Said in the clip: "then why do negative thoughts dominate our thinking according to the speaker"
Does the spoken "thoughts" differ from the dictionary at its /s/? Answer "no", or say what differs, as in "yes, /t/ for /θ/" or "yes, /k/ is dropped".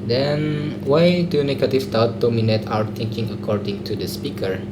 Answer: yes, /s/ is dropped